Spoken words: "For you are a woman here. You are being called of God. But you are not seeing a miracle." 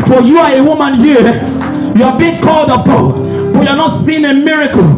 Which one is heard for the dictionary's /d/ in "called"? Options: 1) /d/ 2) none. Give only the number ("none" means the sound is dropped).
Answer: 1